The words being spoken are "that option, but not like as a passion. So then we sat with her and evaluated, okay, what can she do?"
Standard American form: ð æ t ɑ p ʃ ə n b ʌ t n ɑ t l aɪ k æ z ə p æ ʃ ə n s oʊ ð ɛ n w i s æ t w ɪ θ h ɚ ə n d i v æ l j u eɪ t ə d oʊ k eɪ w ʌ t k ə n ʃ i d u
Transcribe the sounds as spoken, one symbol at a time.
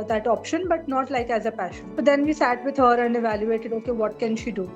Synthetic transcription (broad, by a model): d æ t ɑ p ʃ ə n b ʌ t n ɑ t l aɪ k æ z ə p æ ʃ ə n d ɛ n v i s æ t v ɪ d h ɚ ə n d i v æ l j u eɪ t ə d oʊ k eɪ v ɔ t k ə n ʃ i d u